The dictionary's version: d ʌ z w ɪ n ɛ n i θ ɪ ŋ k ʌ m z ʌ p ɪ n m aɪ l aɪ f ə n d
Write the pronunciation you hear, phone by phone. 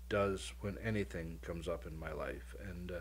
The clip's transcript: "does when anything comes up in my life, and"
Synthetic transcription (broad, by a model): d ʌ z w ɪ n ɛ n i θ ɪ ŋ k ʌ m z ʌ p ɪ n m aɪ l aɪ f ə n